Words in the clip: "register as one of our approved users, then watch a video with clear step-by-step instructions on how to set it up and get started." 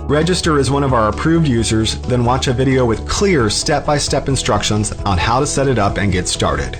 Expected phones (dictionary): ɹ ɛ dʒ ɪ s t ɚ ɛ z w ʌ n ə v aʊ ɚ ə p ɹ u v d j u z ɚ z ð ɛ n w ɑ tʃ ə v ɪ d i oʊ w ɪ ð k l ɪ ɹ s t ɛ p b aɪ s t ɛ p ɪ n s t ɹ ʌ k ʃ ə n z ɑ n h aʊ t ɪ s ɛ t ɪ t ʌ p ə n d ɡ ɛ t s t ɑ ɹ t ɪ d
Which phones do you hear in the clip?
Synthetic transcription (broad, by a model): ɹ ɛ dʒ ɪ s t ɚ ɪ z w ʌ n ə v aʊ ɚ ə p ɹ u v d j u z ɚ z ð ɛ n w ɑ tʃ ə v ɪ d i oʊ w ɪ ð k l ɪ ɹ s t ɛ p b aɪ s t ɛ p ɪ n s t ɹ ʌ k ʃ ə n z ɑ n h aʊ t ɪ s ɛ t ɪ t ʌ p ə n ɡ ɛ t s t ɑ ɹ t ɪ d